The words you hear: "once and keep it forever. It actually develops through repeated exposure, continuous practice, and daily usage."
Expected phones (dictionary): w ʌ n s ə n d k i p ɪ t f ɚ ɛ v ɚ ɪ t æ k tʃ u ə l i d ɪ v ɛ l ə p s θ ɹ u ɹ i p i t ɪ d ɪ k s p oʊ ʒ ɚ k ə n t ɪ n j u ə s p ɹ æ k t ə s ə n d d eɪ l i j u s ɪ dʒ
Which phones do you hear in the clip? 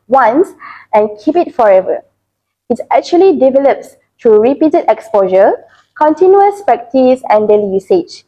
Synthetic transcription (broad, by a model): w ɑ n s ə n k i p ɪ t f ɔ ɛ v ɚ ɪ t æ k tʃ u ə l i d ɪ v ɛ l ə p s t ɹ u ɹ i p i t ɪ d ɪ k s p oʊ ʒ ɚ k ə n t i n j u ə s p ɛ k t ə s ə n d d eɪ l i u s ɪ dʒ